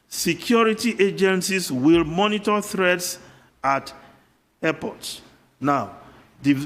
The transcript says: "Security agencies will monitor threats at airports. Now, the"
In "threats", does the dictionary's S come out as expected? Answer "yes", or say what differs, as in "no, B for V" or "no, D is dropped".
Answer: yes